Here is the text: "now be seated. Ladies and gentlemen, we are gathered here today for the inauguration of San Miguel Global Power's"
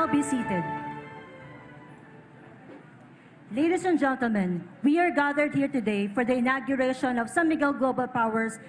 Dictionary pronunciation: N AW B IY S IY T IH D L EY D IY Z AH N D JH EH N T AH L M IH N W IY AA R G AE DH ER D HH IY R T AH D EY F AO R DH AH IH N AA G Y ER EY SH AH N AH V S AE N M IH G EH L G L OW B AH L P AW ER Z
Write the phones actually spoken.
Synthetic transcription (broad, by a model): B IY S IY T IH D L EY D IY S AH N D JH EH N T AH L M IH N W IY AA R G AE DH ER D HH IY R T AH D EY F AO R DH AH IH N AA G Y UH EY SH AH N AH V S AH M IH G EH L G L OW B AH L P AW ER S